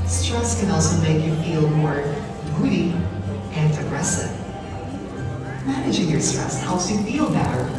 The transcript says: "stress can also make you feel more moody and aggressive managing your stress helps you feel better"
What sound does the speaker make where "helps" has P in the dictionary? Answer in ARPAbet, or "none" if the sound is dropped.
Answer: none